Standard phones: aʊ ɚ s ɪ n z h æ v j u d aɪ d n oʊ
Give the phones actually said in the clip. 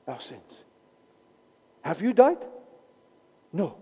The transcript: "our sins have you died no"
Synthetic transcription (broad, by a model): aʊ s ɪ n s h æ v j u d aɪ d n oʊ